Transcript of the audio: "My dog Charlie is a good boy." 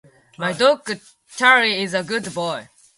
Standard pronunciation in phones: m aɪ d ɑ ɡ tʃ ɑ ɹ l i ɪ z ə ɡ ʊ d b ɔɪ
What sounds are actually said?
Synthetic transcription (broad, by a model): m aɪ d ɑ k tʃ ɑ ɹ i ɪ z ə ɡ ʊ d b ɔɪ